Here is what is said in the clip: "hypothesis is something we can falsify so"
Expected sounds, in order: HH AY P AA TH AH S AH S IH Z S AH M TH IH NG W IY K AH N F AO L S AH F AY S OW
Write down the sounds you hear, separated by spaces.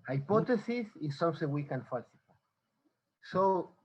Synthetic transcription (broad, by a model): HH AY P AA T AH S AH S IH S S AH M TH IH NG W IY K AH N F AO S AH P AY S OW